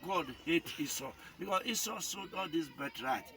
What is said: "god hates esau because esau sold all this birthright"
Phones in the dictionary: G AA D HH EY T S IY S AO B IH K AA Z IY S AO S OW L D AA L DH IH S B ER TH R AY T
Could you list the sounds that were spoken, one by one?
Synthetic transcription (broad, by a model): G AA D HH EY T IY S AO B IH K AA S IY S AO S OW D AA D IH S B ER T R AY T